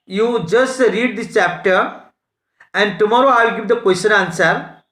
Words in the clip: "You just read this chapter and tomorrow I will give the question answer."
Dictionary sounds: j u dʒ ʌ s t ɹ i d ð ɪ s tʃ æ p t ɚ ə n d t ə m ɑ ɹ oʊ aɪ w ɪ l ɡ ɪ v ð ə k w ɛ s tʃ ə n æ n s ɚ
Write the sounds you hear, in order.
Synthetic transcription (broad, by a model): j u dʒ ʌ s t ɹ i d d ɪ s tʃ æ p t ɚ ə n d t ə m ɑ ɹ oʊ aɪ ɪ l ɡ ɪ v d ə k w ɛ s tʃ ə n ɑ n s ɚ